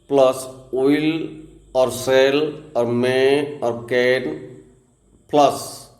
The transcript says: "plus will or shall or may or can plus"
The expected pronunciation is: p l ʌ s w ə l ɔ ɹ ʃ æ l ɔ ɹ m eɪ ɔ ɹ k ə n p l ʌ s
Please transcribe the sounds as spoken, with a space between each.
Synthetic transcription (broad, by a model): p l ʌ s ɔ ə l ɔ ɹ s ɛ l ɔ ɹ m eɪ ɔ ɹ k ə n p l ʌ s